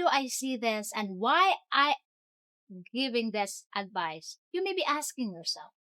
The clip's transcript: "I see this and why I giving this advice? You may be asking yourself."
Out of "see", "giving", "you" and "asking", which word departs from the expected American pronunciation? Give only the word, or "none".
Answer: none